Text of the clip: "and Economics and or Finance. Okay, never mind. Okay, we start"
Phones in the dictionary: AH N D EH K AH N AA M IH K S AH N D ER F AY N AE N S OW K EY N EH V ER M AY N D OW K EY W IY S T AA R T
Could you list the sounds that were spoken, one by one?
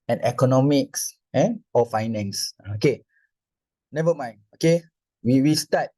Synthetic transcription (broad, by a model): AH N EH K AH N AA M IH K S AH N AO F AY N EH N S OW K EY N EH V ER M AY N OW K EY W IY S T AA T